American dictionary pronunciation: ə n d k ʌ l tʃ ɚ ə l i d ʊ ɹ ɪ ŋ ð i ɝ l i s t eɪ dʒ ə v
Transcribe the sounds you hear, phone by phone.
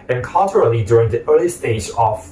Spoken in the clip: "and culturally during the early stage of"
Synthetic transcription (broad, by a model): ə n k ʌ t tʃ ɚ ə l i d ʊ ɹ ɪ ŋ ð i ɝ l i s t eɪ dʒ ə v